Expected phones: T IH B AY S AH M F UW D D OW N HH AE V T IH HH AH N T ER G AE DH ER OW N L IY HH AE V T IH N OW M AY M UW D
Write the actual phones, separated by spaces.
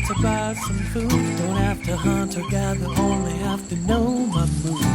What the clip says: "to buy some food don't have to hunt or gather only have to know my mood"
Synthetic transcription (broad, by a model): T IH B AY S AH M F UW D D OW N HH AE F T IH HH AH N T ER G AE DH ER OW N L IY HH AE F T IH N OW M AY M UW